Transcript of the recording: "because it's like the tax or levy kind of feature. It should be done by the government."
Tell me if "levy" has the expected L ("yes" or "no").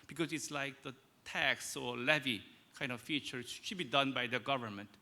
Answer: yes